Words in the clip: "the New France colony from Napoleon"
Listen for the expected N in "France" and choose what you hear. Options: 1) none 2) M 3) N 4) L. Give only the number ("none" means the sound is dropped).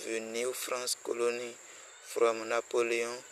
1